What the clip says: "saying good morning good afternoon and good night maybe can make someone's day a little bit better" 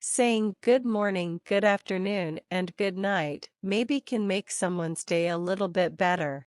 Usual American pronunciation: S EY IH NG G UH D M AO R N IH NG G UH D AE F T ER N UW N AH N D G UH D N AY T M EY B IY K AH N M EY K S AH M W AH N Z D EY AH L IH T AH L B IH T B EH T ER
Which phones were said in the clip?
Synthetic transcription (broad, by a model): S EY IH NG G UH D M AO R N IH NG G UH D AE F T ER N UW N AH N G UH D N AY T M EY B IY K AH N M EY K S AH M W AH N Z D EY AH L IH T L B IH T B EH T ER